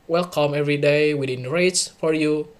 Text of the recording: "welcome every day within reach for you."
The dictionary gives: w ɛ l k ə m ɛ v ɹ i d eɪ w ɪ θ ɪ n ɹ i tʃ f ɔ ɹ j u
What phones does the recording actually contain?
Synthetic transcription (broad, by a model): w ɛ l k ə m ɛ v ɹ i d eɪ w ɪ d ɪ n ɹ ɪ s f ɔ ɹ j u